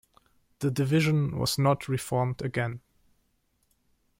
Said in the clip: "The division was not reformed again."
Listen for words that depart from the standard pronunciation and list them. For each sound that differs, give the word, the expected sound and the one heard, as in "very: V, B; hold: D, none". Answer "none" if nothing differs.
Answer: none